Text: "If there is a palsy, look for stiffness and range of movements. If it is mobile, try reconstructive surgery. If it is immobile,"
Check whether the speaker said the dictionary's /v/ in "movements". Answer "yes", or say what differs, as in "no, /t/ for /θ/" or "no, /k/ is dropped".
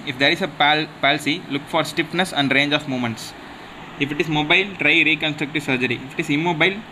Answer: no, /v/ is dropped